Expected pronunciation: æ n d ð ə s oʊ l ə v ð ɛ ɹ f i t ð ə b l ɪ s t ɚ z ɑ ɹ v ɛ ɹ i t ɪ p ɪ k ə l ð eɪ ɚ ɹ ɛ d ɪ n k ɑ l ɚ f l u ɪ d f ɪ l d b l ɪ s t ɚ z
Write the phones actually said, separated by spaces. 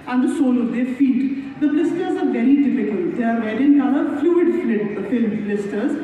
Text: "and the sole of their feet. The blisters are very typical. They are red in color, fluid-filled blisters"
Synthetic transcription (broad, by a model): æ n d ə s oʊ l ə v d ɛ ɹ f i t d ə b l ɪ s t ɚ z ɑ ɹ v ɛ ɹ i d ɪ f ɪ k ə l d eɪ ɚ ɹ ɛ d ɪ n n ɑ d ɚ f l u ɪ d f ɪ l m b l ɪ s t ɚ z